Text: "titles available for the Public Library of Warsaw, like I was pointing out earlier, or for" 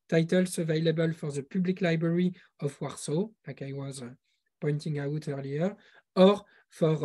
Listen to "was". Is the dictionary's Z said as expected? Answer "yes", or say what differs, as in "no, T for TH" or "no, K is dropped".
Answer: yes